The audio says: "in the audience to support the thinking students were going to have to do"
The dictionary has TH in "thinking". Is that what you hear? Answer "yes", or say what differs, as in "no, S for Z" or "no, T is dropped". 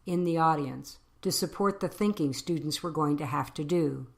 yes